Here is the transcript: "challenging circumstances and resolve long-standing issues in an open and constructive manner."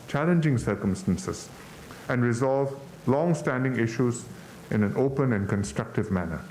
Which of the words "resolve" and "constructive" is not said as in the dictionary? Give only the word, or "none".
none